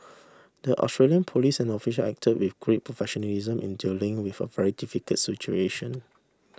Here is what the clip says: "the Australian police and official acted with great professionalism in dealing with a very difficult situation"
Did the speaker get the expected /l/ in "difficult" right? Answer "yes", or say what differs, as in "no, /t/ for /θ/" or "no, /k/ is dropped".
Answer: no, /l/ is dropped